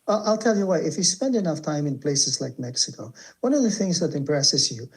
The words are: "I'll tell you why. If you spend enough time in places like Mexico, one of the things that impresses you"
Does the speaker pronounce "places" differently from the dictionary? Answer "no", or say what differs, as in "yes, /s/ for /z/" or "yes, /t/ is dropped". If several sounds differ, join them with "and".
no